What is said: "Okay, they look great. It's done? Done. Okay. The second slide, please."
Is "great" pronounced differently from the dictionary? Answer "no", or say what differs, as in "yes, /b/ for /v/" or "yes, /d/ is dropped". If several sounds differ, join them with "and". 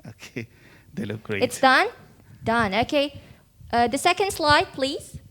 yes, /t/ is dropped